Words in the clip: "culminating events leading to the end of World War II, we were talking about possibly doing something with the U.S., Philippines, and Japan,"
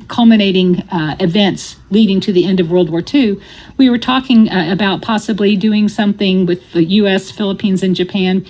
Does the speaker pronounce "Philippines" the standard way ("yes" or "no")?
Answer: yes